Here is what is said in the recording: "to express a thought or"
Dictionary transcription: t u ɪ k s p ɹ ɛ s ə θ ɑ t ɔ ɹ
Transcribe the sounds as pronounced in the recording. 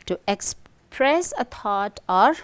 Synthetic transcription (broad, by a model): t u ɪ k s p ɹ ɛ s ə t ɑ t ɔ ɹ